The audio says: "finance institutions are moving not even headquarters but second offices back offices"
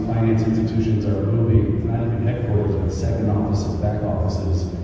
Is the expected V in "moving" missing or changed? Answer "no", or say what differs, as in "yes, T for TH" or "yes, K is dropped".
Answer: yes, B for V